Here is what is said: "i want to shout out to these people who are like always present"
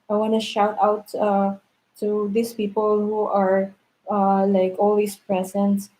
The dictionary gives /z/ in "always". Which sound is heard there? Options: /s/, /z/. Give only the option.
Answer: /s/